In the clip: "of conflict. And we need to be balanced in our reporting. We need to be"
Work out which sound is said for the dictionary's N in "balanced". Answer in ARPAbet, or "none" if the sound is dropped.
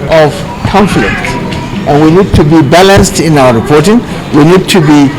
N